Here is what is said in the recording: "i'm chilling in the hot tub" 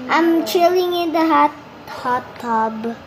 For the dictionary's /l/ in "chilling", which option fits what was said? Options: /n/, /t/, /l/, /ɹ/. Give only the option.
/l/